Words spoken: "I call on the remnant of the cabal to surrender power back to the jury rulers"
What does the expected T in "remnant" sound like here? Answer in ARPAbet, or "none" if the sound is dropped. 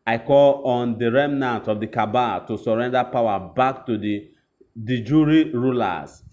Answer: T